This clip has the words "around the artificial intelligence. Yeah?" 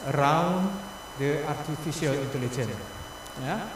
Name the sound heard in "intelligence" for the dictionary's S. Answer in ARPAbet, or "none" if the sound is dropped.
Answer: none